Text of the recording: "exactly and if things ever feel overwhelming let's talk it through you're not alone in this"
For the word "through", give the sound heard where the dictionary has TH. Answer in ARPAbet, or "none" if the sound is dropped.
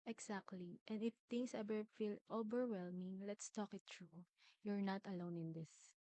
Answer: T